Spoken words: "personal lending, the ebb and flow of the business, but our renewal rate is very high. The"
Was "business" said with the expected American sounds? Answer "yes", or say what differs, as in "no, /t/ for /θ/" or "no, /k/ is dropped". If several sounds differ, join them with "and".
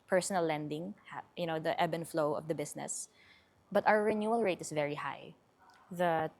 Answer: no, /s/ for /z/